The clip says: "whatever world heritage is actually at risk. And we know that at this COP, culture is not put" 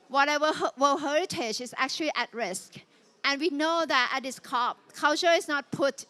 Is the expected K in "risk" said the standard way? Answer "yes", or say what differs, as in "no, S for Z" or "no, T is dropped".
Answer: yes